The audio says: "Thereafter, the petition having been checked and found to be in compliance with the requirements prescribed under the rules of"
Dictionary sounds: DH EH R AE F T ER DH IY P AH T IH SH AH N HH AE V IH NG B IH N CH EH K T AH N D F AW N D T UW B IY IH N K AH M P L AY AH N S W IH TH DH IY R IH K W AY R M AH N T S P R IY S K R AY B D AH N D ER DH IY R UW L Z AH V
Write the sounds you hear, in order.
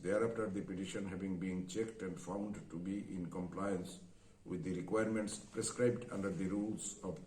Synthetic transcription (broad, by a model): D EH R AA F T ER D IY P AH T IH SH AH N HH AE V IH NG B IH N CH EH K T AH N D F AW N D T UW B IY IH N K AH M P L AY AH N S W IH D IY R IH K W AY R M AH N T S P R IY S K R AY B D AH N D ER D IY R UW L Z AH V